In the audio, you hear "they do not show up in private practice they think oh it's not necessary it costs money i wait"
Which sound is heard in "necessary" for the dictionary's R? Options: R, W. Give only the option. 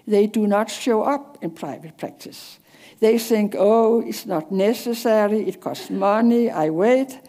R